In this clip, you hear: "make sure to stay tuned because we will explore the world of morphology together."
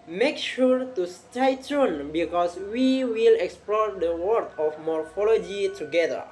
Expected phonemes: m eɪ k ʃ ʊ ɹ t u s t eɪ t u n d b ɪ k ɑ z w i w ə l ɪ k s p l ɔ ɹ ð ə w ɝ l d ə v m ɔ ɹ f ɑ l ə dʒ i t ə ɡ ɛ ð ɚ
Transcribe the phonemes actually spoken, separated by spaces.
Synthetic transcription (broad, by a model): m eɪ k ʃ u ɹ t u s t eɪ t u n b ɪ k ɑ s w i w ə l ɪ k s p l ɔ ɹ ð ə w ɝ d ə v m ɔ ɹ f ɑ l ə dʒ i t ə ɡ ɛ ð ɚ